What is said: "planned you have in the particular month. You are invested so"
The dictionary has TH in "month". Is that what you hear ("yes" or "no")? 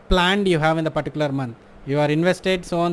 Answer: no